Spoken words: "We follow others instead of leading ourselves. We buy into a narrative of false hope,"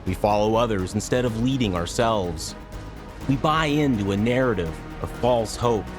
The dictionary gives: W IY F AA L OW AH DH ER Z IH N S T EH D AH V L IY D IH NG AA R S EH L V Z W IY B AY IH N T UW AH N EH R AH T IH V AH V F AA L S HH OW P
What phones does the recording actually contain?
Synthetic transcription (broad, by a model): W IY F AA L OW AH DH ER Z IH N S T EH D AH V L IY D IH NG AA R S EH L V Z W IY B AY IH N T UW AH N EH R AH T IH V AH V F AA L S HH OW P